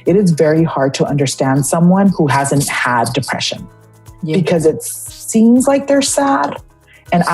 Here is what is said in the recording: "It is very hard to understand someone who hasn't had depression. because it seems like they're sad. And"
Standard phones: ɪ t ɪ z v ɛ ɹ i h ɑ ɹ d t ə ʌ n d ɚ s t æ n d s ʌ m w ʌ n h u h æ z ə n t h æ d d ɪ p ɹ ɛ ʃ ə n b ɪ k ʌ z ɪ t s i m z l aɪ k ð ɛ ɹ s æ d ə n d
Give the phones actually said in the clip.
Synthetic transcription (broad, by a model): ɪ t ɪ z v ɛ ɹ i h ɑ ɹ d t ə ʌ n d ɚ s t æ n d s ʌ m w ʌ n h u h æ z ə n t h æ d d ɪ p ɹ ɛ ʃ ə n b ɪ k ʌ z ɪ t s i m z l aɪ k ð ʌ ɹ s æ d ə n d